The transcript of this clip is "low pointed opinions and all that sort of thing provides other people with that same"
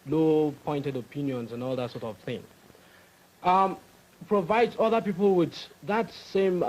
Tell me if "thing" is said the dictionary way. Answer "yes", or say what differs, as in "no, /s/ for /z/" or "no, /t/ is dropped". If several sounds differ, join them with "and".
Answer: yes